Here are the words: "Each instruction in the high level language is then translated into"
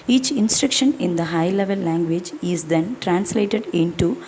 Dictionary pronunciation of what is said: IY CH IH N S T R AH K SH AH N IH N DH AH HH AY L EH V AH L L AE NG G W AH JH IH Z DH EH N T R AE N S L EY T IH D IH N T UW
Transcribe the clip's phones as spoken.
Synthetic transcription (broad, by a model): IY CH IH N S T R AH K SH AH N IH N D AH HH AY L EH V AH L L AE NG G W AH JH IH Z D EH N T R AE N S L EY T IH D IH N T UW